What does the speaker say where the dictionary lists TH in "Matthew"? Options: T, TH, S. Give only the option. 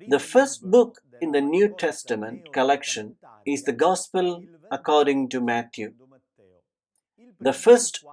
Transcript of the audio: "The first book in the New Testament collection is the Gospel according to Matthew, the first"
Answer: T